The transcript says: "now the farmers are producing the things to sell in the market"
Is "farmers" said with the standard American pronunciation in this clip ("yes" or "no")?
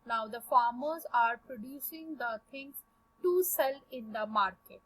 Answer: yes